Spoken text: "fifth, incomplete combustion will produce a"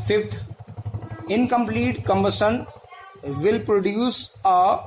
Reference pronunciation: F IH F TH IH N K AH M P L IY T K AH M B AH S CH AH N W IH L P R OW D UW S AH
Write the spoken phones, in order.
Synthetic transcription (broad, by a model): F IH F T IH N K AH M P L IY T K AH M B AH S AH N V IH L P R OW D UW S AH